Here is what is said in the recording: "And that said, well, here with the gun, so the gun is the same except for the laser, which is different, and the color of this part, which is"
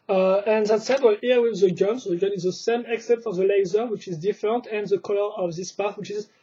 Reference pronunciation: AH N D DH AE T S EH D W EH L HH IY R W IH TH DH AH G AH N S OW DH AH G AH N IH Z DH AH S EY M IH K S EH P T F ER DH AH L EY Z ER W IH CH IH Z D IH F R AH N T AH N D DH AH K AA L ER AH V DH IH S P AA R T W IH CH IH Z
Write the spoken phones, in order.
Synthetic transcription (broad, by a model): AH N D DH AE T S EH D W EH L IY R W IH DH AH G AH N S OW DH AH G AH N IH Z DH AH S EY M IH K S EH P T F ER DH AH L EY Z ER W IH CH IH Z D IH F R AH N T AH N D DH AH K AA L ER AH V DH IH S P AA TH W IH CH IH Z